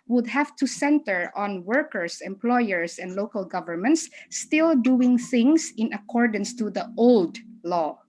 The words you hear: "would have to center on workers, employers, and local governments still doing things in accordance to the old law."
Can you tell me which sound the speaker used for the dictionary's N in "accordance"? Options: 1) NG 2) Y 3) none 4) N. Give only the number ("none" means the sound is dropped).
4